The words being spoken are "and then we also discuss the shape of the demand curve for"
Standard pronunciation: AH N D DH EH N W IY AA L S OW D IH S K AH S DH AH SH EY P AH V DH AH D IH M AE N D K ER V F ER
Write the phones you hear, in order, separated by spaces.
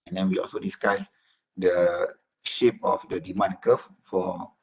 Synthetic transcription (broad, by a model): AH N D EH N W IY AA L S OW D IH S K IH S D AH SH EY P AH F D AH D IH M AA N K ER F F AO